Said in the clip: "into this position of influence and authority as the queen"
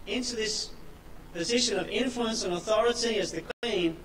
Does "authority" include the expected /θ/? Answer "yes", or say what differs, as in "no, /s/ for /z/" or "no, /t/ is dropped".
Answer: yes